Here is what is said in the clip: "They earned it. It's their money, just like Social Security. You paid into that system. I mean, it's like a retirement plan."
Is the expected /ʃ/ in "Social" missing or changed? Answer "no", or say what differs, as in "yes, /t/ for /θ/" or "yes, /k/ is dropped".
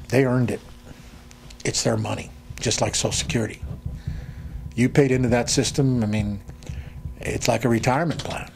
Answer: yes, /ʃ/ is dropped